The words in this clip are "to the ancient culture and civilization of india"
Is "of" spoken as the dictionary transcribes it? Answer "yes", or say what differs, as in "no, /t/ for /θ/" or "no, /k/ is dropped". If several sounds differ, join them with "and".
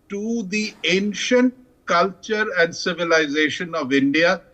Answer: yes